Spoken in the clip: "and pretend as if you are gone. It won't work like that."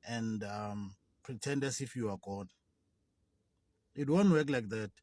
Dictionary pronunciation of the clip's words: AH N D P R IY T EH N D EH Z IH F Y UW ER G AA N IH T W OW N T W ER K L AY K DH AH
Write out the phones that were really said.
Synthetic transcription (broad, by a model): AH N D P R IY T EH N D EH S IH F Y UW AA G AA N IH T W OW N T W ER K L AY K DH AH